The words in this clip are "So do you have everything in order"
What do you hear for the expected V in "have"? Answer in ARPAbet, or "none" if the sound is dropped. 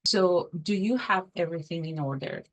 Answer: V